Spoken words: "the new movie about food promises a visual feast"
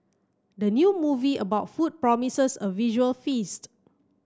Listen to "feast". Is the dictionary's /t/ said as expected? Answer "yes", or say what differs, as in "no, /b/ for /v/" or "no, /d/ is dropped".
yes